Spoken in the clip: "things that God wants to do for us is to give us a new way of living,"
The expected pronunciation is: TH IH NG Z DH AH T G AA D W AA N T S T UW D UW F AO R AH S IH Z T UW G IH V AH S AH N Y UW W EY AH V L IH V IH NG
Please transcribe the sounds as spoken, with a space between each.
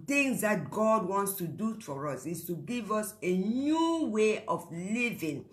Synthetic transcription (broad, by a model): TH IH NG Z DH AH T G AA D W AA N T S T UW D UW F AO R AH S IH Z T UW G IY V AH S AH N Y UW W EY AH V L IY V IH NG